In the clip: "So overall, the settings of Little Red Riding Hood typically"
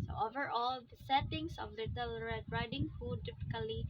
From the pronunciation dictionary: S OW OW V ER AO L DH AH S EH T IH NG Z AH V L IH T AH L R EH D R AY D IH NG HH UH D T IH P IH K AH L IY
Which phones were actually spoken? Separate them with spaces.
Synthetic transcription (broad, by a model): S OW OW V ER AO L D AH S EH T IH NG S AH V L IH T AH L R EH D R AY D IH NG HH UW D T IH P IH K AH L IY